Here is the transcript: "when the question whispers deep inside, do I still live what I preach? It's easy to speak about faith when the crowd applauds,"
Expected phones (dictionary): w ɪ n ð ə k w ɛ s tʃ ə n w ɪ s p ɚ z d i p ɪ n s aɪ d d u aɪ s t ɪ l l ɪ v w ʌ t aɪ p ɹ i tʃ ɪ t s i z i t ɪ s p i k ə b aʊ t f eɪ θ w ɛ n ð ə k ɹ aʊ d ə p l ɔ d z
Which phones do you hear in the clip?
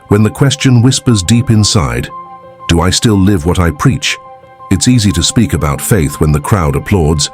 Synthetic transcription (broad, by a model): w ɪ n ð ə k w ɛ s tʃ ə n w ɪ s p ɚ z d i p ɪ n s aɪ d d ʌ aɪ s t ɪ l l ɪ v w ʌ t aɪ p ɹ i tʃ ɪ t s i z i t ɪ s p i k ə b aʊ t f eɪ θ w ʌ n ð ə k ɹ aʊ d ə p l ɔ d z